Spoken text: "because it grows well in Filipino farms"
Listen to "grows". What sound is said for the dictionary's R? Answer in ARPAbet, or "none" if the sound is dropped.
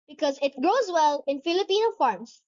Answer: R